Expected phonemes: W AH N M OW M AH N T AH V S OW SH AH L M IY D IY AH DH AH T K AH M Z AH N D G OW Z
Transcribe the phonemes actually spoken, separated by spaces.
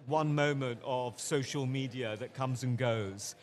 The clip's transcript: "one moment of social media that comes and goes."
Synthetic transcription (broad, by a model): W AH N M OW M AH N T AH V S OW SH AH L M IY D IY AH DH AH T K AH M Z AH N G OW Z